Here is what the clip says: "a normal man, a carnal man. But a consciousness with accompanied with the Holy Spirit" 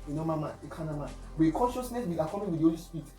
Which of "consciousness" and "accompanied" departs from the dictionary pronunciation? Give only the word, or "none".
accompanied